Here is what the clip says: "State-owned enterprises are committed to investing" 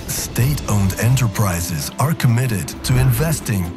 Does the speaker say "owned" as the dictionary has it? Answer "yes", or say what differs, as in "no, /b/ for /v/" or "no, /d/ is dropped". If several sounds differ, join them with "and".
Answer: yes